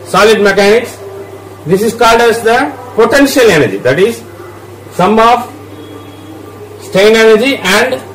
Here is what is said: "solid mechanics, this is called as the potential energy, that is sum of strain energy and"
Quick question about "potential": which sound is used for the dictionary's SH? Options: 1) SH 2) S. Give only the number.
1